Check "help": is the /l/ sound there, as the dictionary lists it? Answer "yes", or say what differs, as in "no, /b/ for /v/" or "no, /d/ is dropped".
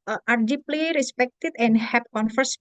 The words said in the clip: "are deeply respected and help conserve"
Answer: no, /l/ is dropped